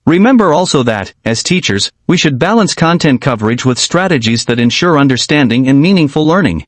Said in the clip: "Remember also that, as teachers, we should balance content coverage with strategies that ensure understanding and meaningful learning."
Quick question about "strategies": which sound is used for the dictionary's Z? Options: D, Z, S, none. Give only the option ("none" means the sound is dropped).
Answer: Z